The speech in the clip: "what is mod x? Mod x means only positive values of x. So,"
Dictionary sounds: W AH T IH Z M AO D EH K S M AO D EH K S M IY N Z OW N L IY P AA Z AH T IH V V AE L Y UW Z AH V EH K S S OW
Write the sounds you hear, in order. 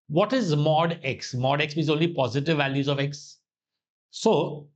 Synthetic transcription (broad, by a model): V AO T IH Z M AO D EH K S M AO D EH K S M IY Z OW N L IY P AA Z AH T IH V V AE L Y UW Z AH V EH K S S OW